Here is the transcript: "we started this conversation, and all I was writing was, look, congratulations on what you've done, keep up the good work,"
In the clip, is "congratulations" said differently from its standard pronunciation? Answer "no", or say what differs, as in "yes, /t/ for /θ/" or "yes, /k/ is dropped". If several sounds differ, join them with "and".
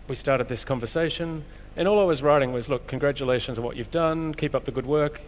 no